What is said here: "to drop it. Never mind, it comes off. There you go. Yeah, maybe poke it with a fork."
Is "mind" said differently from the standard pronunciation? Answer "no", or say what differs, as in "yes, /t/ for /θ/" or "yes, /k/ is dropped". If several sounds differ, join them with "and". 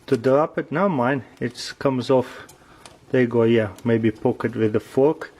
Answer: yes, /d/ is dropped